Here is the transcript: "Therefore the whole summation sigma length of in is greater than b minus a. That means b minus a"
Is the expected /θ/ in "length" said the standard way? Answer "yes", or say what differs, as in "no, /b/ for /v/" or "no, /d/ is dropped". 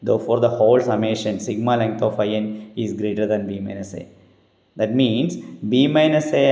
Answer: no, /t/ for /θ/